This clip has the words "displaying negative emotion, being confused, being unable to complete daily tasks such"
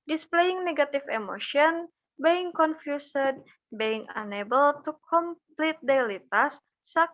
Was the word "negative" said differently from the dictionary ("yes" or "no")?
yes